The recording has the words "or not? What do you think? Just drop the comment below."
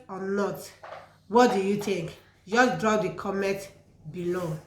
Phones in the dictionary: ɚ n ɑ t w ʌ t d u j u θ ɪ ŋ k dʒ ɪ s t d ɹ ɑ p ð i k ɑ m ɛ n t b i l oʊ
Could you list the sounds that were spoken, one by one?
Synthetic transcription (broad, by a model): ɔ n ɑ t w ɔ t d u j u t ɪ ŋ k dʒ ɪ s d ɹ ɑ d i k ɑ m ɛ t b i l oʊ